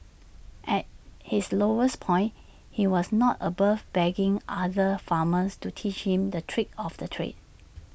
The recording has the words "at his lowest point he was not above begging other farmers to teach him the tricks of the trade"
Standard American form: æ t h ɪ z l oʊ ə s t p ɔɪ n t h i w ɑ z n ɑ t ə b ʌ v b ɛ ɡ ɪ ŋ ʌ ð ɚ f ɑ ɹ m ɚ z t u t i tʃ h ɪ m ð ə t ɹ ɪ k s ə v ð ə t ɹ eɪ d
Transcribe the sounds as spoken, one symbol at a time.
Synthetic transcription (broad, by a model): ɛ t h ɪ s l oʊ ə s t p ɔɪ n h i w ɑ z n ɑ t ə b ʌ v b ɛ ɡ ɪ ŋ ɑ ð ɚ f ɑ m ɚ s t u t i tʃ h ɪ m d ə t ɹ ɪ k ə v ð ə t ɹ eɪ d